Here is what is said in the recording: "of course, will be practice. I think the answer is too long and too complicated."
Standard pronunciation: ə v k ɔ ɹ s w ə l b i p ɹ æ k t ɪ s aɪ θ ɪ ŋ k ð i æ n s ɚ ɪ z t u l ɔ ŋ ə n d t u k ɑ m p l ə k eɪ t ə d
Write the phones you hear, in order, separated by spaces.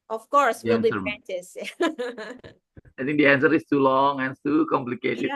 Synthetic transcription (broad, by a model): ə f k ɔ ɹ s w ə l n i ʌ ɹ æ t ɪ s aɪ t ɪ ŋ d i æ n s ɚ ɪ s t u l ɔ ŋ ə n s t u k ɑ m p l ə k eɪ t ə